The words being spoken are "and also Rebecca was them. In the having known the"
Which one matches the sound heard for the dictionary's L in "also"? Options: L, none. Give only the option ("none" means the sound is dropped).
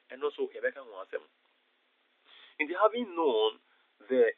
none